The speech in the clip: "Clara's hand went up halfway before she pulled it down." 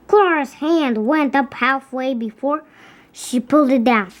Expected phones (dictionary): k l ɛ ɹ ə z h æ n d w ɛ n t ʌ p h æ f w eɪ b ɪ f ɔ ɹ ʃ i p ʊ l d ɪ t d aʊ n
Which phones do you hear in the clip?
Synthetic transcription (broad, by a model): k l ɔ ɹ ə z h æ n d w ɛ n t ʌ p h æ f w eɪ b ɪ f ɔ ɹ ʃ i p ʊ l d ɪ t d aʊ n